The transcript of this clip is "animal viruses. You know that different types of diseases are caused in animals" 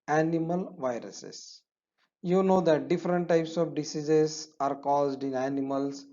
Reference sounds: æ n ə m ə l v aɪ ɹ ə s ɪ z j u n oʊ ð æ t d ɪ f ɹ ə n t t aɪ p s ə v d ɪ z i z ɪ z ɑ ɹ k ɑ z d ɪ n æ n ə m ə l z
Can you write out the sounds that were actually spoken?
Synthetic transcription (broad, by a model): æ n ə m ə l v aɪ ɹ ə s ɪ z j u n oʊ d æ t d ɪ f ɹ ə n t t aɪ p s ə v d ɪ s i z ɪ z ɑ ɹ k ɑ z d ɪ n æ n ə m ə l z